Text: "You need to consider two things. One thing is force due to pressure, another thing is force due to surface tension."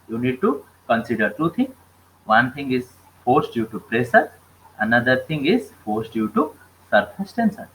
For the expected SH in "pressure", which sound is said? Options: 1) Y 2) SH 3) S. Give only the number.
3